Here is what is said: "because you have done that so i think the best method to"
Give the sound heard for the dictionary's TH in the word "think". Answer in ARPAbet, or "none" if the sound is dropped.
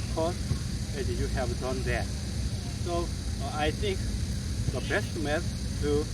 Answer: T